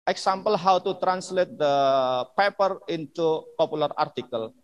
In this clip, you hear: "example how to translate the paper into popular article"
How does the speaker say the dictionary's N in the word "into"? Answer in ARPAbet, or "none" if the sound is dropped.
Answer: N